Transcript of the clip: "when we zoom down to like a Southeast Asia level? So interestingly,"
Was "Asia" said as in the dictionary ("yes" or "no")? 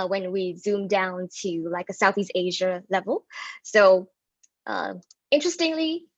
yes